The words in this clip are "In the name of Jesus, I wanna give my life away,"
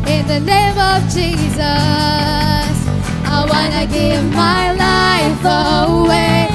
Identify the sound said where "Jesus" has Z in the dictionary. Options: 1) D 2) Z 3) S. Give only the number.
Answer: 2